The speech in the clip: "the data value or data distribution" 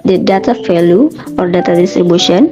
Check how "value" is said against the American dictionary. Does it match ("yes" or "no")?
no